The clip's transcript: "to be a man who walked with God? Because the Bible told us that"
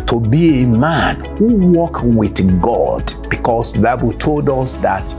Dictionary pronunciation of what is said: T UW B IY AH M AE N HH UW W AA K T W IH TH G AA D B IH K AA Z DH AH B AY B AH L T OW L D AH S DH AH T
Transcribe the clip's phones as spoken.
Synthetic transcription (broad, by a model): T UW B IY AH M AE N HH UW W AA K W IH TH G AA D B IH K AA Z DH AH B AY B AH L T OW L D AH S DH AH T